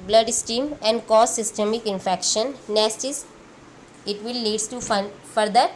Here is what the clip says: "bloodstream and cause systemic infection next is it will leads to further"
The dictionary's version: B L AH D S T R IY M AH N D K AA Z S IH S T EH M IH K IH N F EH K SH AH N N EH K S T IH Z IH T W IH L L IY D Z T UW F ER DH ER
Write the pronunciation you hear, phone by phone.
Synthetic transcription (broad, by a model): B L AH D S T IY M AH N D K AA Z S IH S T EH M IH K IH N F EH K SH AH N N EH S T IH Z IH T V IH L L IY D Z T UW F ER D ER